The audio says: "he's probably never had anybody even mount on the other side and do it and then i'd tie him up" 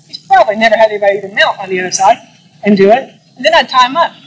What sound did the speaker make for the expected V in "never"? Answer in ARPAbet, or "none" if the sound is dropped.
V